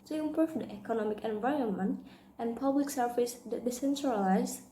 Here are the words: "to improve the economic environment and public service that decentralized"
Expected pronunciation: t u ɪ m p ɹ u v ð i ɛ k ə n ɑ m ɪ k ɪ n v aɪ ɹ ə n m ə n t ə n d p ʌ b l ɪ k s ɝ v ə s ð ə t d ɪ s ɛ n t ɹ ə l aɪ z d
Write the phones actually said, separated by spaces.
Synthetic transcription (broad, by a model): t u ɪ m p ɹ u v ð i ɛ k ə n ɑ m ɪ k ɪ n v aɪ ɹ ə n m ə n t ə n p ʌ b l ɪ k s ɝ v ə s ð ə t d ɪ s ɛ n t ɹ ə l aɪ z